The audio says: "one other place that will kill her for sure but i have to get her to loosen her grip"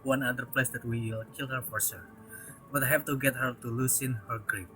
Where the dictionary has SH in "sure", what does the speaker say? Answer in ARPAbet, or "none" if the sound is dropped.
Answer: S